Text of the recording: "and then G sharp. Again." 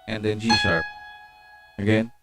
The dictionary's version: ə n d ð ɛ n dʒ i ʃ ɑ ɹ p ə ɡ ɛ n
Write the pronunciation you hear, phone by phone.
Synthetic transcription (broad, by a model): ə n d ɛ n dʒ i s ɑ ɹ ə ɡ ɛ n